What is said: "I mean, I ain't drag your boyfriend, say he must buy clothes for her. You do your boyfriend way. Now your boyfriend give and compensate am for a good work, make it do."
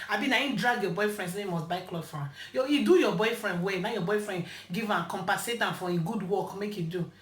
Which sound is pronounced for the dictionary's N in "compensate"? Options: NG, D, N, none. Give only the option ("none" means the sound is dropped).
none